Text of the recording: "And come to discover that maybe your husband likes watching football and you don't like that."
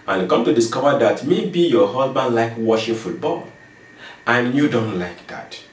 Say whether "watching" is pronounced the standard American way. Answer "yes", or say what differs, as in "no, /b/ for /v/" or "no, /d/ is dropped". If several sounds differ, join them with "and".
no, /ʃ/ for /tʃ/